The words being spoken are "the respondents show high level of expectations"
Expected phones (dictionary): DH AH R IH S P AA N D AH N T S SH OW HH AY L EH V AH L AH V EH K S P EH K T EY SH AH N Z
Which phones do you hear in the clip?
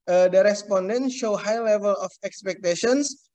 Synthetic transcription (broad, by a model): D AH R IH S P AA N D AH N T SH OW HH AY L EH V AH L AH F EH K S P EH K T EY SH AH N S